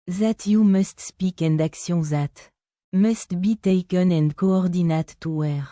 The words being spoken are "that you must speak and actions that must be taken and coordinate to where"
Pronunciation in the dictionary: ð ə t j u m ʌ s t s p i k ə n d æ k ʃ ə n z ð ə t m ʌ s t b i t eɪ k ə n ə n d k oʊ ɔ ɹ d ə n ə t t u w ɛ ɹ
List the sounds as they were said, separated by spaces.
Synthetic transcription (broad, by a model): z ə t j u m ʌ s t s p i k ə n d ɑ k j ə z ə t m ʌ s t b i t eɪ k ə n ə n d k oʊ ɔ ɹ d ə n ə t t u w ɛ ɹ